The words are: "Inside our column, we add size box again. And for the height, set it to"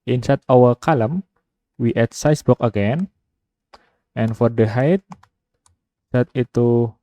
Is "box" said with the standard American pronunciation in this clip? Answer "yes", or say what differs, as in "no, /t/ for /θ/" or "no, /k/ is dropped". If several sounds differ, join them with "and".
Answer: no, /s/ is dropped